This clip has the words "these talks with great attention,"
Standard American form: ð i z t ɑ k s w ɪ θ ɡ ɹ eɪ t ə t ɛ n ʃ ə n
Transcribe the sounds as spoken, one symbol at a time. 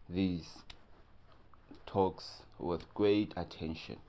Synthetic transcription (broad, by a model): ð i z t ɑ k s w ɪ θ ɡ ɹ eɪ t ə t ɛ n ʃ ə n